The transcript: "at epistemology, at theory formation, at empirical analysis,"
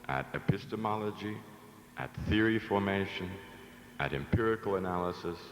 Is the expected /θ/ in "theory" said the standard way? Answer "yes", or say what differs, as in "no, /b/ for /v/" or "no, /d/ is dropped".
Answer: yes